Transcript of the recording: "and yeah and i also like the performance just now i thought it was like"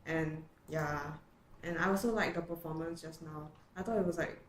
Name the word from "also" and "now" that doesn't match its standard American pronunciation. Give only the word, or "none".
also